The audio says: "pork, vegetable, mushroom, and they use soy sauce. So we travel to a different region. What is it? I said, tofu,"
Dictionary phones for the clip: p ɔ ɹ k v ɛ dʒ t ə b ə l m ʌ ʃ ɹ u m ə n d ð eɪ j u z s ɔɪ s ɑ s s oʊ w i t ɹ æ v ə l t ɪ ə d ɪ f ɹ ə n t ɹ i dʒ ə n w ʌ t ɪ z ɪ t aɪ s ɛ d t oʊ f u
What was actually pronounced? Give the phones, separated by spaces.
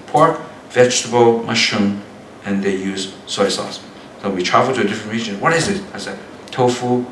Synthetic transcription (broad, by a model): p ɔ ɹ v ɛ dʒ t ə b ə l m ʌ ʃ u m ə n ð eɪ j u z s ɔɪ s ɑ s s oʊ w i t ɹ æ v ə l t ɪ ə d ɪ f ɹ ə n t ɹ i dʒ ə n w ʌ t ɪ z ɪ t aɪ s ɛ t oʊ f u